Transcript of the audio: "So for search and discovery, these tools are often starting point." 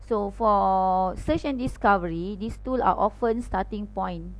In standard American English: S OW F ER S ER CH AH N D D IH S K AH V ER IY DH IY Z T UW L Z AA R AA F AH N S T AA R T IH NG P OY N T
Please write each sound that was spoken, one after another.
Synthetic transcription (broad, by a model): S OW F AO S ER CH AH N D D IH S K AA V ER IY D IY S T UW L AA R AA F AH N S T AA T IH NG P OY N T